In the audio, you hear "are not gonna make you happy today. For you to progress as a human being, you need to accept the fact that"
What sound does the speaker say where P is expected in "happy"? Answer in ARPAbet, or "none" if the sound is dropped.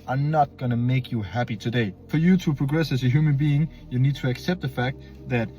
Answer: P